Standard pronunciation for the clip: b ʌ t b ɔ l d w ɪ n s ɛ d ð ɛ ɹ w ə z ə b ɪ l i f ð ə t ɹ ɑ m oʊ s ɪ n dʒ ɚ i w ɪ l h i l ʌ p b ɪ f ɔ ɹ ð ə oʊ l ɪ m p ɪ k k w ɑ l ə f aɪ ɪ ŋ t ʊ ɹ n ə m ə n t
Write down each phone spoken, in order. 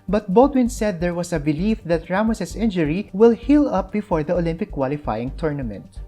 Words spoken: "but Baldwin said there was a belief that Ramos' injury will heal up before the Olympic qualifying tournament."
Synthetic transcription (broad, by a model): b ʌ t b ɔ l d w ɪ n s ɛ d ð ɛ ɹ w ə s ə b ɪ l i f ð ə t ɹ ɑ m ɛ s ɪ n dʒ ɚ i w ɪ l h i l ʌ p b ɪ f ɔ ɹ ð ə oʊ l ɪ m p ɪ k k w ɑ l ə f aɪ ɪ ŋ t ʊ ɹ n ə m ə n t